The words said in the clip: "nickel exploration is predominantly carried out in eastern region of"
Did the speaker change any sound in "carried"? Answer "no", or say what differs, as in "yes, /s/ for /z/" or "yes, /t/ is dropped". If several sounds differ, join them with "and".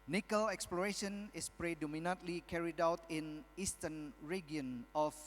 no